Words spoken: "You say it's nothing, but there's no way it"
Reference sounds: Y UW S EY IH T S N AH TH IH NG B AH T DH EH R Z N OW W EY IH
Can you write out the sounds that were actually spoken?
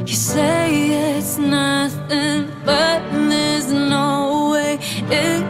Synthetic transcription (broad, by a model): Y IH S EY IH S N AH TH IH NG B AH T DH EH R Z N OW W EY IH